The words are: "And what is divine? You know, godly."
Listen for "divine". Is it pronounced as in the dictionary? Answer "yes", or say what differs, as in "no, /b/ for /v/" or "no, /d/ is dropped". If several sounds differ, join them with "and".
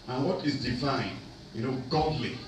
no, /f/ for /v/